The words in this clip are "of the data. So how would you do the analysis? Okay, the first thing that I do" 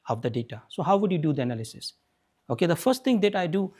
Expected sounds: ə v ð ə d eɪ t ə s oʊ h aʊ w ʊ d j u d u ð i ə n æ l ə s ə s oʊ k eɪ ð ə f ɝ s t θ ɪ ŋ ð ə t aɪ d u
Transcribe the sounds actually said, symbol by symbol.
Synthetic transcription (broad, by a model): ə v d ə d eɪ t ə s oʊ h aʊ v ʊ d j u d u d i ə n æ l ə s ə s oʊ k eɪ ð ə f ɝ s t t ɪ ŋ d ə t aɪ d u